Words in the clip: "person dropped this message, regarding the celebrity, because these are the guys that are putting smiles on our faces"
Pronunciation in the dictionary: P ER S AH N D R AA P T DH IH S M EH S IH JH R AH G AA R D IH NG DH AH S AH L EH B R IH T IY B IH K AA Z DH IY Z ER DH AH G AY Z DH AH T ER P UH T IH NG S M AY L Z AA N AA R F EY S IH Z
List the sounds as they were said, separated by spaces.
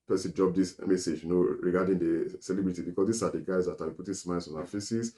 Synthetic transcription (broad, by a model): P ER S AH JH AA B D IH S M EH S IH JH R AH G AA D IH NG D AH S AH L EH B R IH T IY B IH K AA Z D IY S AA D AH G AY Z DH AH T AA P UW T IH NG S M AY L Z AA N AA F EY S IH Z